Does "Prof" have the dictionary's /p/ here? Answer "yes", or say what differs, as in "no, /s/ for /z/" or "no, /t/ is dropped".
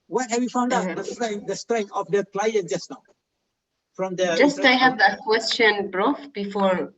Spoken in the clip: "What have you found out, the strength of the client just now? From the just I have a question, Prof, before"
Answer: no, /b/ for /p/